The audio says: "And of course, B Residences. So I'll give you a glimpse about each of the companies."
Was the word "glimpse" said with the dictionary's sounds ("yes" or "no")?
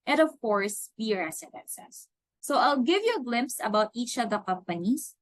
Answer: yes